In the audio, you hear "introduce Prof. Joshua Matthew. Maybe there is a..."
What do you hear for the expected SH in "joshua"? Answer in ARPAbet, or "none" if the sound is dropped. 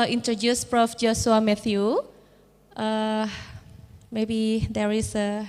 S